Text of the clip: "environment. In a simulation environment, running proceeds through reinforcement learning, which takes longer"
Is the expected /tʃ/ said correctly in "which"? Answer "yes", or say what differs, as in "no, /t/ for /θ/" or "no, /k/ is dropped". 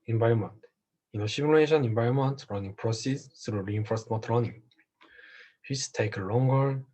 no, /s/ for /tʃ/